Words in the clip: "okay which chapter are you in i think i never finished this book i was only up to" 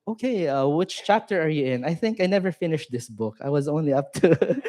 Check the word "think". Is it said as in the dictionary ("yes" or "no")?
yes